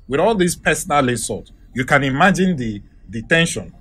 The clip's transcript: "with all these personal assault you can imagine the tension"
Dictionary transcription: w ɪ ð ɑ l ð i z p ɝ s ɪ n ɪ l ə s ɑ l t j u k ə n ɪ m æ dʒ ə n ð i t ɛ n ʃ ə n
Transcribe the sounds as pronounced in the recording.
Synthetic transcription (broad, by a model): w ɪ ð ɑ l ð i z p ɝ s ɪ n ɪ l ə s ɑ t j u k ə n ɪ m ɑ dʒ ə n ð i t ɛ n ʃ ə n